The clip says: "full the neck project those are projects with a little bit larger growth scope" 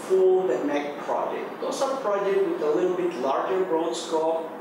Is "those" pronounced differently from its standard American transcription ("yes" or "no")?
yes